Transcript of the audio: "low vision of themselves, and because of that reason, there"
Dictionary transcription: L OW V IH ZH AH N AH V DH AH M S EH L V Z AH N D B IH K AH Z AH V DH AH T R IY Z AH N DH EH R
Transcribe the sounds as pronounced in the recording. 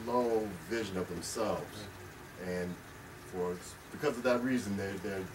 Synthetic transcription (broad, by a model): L OW V IH ZH AH N AH V DH AH M S EH L V Z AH N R B IH K AH Z AH V DH AH T R IY Z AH N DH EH R